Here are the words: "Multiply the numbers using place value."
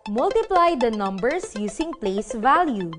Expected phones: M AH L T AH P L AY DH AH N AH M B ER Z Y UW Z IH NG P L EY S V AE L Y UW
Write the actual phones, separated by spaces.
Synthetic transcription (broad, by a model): M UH L T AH P L AY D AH N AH M B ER S Y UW S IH NG P L EY S V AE L Y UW